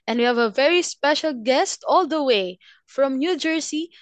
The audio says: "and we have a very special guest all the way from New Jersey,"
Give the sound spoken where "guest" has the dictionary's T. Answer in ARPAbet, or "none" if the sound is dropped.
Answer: T